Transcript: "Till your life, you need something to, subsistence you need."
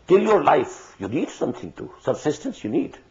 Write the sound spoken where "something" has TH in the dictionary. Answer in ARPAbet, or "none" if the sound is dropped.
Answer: T